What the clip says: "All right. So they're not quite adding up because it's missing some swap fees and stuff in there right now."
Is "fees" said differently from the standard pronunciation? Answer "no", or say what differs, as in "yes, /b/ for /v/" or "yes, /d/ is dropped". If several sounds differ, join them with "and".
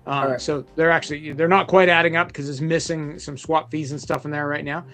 no